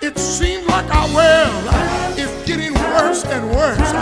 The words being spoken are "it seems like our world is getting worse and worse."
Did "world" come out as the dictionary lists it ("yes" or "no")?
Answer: no